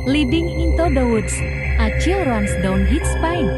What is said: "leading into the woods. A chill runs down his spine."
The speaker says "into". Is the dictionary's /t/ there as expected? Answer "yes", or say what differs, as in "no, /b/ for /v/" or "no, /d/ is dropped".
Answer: yes